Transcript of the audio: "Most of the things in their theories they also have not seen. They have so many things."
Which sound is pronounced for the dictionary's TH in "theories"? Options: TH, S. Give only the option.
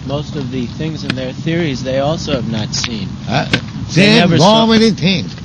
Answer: TH